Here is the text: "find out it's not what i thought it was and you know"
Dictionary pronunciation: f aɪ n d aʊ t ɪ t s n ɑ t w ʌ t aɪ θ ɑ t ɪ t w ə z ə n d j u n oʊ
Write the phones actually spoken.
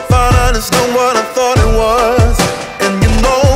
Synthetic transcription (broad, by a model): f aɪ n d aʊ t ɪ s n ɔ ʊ w ʌ t aɪ θ ɑ t ɪ t w ə z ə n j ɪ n oʊ